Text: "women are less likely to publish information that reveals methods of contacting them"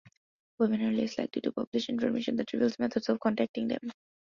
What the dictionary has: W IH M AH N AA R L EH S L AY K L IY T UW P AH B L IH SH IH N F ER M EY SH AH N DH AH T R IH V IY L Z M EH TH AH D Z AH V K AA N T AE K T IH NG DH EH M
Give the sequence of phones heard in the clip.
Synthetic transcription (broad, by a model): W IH M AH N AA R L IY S L AY K L IY T UW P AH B L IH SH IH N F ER M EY SH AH N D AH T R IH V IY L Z M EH T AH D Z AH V K AA N T AE K T IH NG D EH M